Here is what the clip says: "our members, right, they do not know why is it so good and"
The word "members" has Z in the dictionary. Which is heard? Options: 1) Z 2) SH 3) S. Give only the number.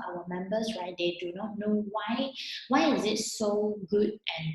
3